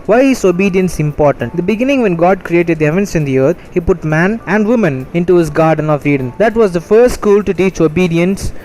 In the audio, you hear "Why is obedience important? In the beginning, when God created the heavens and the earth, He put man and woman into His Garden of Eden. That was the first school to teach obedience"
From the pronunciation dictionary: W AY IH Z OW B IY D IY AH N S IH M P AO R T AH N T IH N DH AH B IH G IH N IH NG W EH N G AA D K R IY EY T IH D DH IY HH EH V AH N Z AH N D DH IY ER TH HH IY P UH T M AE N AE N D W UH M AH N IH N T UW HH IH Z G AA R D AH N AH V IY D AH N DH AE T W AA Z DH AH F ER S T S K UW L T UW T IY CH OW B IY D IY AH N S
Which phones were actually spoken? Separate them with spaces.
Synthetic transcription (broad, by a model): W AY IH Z OW B IY D IY AH N S IH M P AO R T AH N T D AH B IH G IH N IH NG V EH N G AA D K R IY EY T IH D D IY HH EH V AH N S AH N D IY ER T HH IY P UH T M AE N AE N D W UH M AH N IH N T UW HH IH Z G AA R D AH N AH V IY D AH N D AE T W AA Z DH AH F ER S T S K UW L T UW T IY CH OW B IY D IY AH N S